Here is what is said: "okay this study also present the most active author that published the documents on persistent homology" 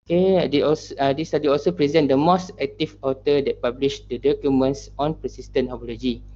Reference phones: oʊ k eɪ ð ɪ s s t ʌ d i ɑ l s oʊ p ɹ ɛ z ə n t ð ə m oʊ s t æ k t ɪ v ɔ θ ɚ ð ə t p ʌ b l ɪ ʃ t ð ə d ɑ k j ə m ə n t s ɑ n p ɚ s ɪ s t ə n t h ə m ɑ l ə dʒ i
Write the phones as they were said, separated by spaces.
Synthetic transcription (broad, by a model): k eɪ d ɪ s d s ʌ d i ɑ l s oʊ p ɹ ɛ z ə n t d ə m oʊ s t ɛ k t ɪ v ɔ t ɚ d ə t p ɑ b l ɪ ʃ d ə d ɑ k j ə m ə n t s ɑ n p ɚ s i s t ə n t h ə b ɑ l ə dʒ i